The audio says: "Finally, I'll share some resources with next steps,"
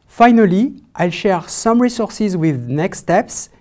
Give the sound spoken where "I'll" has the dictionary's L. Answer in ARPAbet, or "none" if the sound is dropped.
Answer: L